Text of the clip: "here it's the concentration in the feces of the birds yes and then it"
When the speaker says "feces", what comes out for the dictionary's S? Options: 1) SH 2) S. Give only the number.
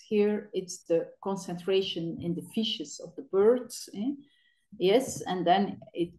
1